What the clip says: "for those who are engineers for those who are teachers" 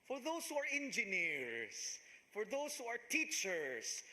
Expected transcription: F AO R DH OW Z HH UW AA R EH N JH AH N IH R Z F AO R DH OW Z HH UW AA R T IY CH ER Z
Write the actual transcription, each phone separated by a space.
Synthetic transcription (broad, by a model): F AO R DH OW S HH UW AA R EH N JH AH N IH R S F AO R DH OW S HH UW AA R T IY CH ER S